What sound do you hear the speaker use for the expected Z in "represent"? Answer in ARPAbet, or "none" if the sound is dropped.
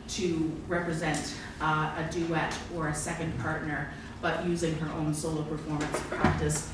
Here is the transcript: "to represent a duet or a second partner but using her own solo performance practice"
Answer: Z